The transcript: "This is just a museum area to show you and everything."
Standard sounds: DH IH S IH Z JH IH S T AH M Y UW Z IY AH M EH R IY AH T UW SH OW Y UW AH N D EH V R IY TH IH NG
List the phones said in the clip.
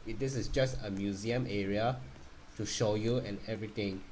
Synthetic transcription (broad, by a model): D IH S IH S JH IH S T AH M Y UW Z IY AH M EH R IY AH T UW SH OW Y UW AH N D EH V R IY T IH NG